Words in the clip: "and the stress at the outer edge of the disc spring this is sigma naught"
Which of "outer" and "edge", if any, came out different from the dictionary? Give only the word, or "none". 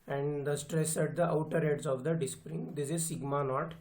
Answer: edge